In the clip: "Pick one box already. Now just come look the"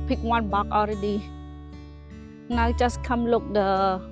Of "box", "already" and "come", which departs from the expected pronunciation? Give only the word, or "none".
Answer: box